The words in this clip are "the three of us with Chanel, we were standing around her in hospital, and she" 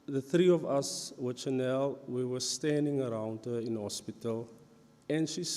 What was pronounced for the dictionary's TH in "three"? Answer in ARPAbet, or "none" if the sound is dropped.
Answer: TH